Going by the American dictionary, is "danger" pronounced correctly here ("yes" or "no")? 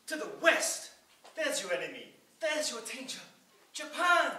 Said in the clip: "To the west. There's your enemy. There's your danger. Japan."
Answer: no